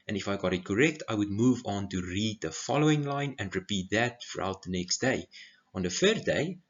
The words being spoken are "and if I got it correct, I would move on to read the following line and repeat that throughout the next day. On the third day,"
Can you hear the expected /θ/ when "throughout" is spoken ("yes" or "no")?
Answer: no